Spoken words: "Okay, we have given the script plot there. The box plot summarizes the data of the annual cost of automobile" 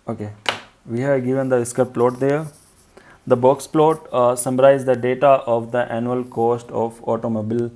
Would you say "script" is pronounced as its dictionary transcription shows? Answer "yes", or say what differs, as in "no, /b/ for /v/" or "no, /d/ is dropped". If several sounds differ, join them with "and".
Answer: no, /ɹ/ is dropped and /p/ is dropped